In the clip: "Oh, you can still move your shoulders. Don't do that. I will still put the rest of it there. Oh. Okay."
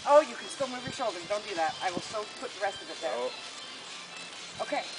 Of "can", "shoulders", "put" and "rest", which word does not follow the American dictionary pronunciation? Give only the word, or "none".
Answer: shoulders